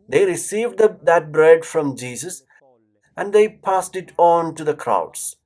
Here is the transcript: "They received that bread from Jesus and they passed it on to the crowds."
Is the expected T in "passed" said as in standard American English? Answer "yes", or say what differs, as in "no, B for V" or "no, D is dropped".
yes